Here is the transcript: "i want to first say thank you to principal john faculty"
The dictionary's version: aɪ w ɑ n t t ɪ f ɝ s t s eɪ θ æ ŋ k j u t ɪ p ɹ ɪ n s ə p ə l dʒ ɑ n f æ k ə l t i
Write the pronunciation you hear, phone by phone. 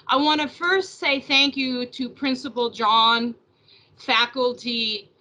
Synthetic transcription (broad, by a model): aɪ w ɑ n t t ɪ f ɝ s t s eɪ θ æ ŋ k j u t ɪ p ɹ ɪ n s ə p l dʒ ɑ n f æ k l t i